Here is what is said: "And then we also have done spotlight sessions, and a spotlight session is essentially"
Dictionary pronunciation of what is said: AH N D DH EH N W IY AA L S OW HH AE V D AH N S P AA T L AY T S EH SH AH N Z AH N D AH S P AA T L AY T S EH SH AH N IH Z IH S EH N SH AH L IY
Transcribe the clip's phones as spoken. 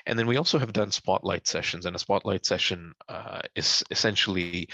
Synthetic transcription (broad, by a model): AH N DH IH N W IY AA L S OW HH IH V D AH N S P AA T L AY T S EH SH AH N Z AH N AH S P AA T L AY T S EH SH AH N IH Z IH S EH N SH L IY